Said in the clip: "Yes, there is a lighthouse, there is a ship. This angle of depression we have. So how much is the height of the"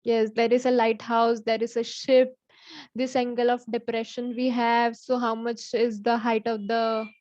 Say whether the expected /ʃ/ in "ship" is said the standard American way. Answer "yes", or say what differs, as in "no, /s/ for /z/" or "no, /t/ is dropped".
yes